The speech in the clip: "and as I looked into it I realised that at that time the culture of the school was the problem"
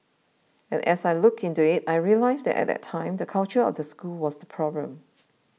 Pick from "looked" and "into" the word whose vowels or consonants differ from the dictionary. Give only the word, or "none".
looked